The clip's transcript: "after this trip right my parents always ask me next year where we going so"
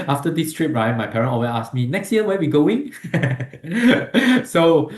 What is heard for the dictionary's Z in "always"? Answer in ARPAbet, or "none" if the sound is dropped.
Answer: none